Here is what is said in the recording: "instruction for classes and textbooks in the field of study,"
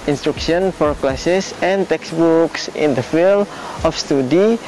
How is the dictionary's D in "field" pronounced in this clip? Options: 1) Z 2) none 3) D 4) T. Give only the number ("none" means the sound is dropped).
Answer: 2